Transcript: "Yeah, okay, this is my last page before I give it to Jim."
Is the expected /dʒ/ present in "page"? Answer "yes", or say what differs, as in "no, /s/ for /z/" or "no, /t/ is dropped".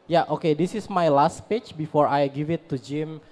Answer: no, /tʃ/ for /dʒ/